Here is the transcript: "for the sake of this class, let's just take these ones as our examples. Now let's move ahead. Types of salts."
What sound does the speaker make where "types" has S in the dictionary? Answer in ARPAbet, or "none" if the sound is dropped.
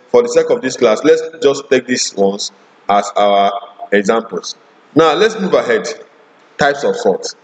S